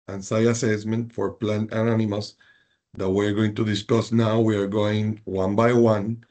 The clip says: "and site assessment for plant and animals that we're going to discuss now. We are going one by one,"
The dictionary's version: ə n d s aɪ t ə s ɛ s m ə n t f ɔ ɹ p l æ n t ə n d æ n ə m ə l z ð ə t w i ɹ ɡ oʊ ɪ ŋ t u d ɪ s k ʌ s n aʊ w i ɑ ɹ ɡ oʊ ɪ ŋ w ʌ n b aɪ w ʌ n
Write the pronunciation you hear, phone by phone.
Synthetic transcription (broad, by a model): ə n s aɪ ə s ɛ s m ə n t f ɔ ɹ p l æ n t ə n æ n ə m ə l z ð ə t w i ɹ ɡ oʊ ɪ ŋ t u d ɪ s k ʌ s n aʊ w i ɑ ɹ ɡ oʊ ɪ ŋ w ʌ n b aɪ w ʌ n